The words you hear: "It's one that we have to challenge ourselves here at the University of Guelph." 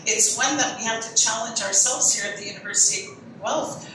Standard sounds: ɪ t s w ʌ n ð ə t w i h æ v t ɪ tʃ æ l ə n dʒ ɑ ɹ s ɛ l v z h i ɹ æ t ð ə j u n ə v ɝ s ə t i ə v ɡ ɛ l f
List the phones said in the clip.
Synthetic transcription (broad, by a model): ɪ t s w ʌ n ð ə t w i h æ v t ɪ tʃ æ l ə n dʒ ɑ ɹ s ɛ l v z h i ɹ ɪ t ð ə j u n ə v ɝ s ə t i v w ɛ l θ